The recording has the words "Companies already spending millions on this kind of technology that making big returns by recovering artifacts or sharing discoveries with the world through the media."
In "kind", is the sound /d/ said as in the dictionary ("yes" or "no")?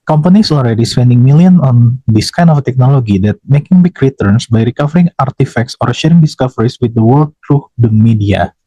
no